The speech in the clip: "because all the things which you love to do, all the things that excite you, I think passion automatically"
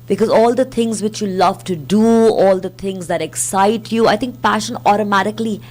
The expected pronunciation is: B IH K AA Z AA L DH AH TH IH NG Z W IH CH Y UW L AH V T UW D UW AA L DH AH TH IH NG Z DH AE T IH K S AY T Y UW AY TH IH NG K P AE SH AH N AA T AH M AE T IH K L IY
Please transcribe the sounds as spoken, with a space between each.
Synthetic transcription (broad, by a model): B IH K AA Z AA L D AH T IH NG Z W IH CH Y UW L AH V T UW D UW AA L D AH T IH NG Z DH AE T IH K S AY T Y UW AY T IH NG K P AE SH AH N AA T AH M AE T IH K L IY